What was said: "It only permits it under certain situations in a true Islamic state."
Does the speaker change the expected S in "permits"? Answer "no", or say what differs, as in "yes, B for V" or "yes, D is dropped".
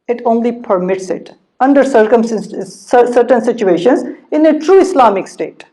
no